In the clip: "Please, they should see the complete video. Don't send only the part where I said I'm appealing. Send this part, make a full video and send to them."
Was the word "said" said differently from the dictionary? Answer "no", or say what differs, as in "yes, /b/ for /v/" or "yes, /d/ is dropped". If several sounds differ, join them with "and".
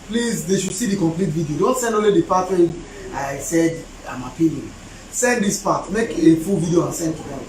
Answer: no